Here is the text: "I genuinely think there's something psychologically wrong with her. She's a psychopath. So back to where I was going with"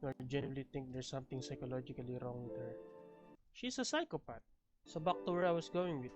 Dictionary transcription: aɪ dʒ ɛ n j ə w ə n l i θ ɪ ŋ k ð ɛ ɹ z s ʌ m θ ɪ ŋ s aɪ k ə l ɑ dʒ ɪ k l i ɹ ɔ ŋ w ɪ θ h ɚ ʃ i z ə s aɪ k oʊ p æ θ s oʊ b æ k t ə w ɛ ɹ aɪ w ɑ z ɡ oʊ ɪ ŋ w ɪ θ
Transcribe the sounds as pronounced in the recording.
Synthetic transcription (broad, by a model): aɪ dʒ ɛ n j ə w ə l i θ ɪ ŋ k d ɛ ɹ s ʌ m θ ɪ ŋ s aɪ k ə l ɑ dʒ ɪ k l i ɹ ɔ ŋ w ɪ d h ɚ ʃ i s ə s aɪ k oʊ p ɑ t s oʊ b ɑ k t ə w ɛ ɹ aɪ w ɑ s ɡ oʊ ɪ ŋ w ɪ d